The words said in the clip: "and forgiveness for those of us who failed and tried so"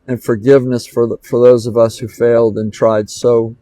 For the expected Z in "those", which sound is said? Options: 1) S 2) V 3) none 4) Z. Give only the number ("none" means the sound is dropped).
4